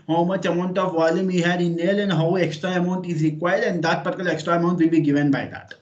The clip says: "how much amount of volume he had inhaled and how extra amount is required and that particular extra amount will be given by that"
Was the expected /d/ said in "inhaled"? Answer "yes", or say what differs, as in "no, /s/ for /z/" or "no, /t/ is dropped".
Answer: no, /d/ is dropped